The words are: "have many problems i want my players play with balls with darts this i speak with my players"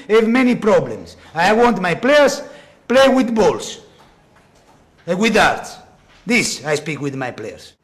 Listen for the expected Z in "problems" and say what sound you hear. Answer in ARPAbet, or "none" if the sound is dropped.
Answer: S